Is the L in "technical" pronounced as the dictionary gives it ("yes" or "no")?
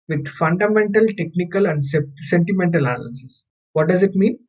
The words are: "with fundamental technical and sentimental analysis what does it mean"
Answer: yes